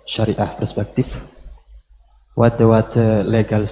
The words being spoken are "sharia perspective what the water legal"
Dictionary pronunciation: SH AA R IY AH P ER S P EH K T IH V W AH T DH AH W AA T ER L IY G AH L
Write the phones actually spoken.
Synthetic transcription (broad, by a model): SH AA R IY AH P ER S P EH K T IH F W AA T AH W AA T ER L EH G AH L